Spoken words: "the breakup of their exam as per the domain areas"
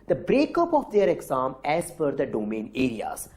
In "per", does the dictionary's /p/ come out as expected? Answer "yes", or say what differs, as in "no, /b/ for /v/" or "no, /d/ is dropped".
no, /f/ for /p/